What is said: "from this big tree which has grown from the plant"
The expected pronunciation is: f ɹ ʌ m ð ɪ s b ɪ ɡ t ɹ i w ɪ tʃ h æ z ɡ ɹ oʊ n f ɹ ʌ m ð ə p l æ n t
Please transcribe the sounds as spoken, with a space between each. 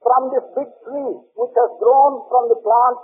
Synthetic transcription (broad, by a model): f ɹ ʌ m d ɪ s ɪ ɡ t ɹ i w ɪ tʃ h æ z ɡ ɹ oʊ n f ɹ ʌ m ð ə p l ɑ n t